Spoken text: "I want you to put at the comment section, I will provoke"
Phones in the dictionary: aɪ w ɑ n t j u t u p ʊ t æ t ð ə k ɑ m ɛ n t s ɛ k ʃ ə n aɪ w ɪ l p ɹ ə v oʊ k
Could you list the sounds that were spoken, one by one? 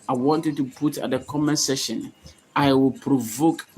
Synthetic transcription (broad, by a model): aɪ w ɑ n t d t u p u t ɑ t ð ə k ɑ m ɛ n s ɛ ʃ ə n aɪ w ɪ l p ɹ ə v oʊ k